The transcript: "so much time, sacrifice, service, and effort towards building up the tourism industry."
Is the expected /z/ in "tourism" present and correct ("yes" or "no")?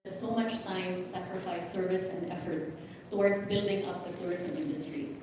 no